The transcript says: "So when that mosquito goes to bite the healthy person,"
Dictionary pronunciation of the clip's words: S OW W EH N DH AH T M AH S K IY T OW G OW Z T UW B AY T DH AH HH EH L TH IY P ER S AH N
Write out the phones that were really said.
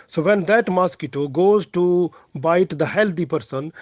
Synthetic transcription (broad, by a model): S OW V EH N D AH T M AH S K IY T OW G OW Z T UW B AY T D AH HH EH L T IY P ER S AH N